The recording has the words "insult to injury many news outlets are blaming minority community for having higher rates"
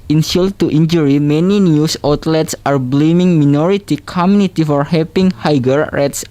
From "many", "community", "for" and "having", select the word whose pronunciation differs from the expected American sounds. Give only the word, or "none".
having